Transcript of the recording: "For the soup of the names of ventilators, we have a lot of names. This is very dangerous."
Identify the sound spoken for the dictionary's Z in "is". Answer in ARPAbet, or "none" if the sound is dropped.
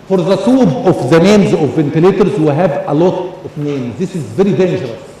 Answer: Z